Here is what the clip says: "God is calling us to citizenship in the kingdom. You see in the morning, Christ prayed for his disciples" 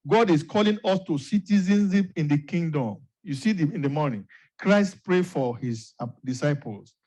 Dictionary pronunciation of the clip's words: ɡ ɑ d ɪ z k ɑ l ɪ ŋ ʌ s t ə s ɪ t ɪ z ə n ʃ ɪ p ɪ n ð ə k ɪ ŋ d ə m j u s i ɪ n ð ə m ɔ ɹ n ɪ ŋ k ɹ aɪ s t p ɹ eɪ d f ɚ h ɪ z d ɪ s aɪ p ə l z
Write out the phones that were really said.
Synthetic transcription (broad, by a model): ɡ ɑ d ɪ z k ɑ l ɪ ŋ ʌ s t ə s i t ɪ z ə n s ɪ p ɪ n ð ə k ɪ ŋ d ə m j u s i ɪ n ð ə m ɔ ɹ n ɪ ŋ k ɹ aɪ s t p ɹ eɪ f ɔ h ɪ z d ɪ s aɪ p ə l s